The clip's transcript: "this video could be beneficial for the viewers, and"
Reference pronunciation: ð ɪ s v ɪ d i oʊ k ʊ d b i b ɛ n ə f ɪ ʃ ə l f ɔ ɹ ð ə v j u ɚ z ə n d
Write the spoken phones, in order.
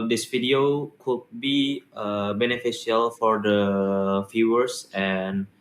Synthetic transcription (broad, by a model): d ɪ s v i d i oʊ k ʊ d b i b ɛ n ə f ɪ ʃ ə l f ɔ ɹ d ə f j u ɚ s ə n